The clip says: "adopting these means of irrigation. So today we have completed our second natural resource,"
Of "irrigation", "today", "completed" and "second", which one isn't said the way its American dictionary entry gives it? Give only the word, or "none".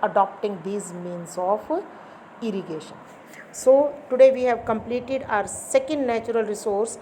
none